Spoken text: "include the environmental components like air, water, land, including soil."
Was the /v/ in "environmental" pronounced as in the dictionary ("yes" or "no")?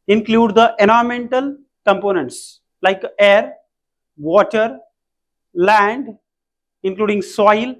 no